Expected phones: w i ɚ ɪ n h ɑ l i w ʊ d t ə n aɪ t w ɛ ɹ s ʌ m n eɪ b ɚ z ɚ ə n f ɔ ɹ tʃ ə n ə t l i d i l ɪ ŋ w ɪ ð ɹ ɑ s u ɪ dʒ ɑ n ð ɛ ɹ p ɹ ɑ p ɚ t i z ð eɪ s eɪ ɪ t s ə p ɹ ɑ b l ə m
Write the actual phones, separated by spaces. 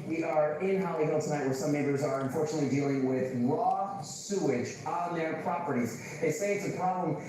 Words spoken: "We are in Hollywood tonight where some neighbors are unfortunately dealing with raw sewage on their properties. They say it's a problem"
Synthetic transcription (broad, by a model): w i ɚ ɪ n h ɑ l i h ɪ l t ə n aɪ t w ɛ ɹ s ʌ m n eɪ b ɚ z ɚ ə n f ɔ ɹ tʃ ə n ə t l i d i l ɪ ŋ w ɪ ð l ɑ s u ɪ dʒ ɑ n ð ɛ ɹ p ɹ ɑ p ɚ t i z ð eɪ s eɪ ɪ t s ə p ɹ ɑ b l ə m